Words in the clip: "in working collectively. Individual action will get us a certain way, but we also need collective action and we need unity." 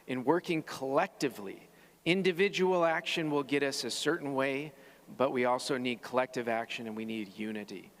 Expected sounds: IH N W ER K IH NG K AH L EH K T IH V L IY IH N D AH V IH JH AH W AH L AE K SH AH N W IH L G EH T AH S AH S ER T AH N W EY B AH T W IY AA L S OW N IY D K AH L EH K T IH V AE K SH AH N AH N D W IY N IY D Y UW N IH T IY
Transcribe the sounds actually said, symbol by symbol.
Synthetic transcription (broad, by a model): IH N W ER K IH NG K AH L EH K T IH V L IY IH N D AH V IH JH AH W L AE K SH AH N W IH L G EH T AH S AH S ER T N W EY B AH T W IY AA L S OW N IY D K AH L EH K T IH V AE K SH AH N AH N W IY N IY D Y UW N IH T IY